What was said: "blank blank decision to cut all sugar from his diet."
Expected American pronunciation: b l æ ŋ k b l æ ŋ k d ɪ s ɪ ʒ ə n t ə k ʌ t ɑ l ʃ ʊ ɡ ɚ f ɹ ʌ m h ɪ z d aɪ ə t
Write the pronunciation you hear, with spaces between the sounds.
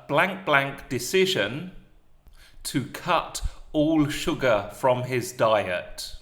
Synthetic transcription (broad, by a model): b l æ ŋ k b l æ ŋ k d ɪ s ɪ ʒ ə n t ə k ʌ t ɑ l ʃ ʊ ɡ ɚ f ɹ ʌ m ɪ z d aɪ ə t